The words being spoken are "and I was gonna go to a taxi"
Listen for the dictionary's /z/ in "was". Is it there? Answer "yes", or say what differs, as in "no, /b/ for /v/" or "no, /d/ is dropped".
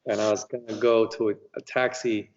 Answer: yes